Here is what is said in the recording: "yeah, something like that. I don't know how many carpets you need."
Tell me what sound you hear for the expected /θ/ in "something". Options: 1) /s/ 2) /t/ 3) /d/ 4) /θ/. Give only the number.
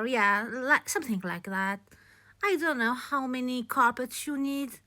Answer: 4